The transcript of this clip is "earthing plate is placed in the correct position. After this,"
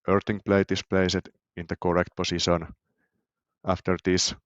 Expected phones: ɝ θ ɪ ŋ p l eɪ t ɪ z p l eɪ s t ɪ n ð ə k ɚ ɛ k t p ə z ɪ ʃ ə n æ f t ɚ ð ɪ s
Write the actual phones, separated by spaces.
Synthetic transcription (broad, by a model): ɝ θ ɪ ŋ p l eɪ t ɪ s p l eɪ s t ɪ n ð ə k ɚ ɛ k t p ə s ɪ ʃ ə n æ f t ɚ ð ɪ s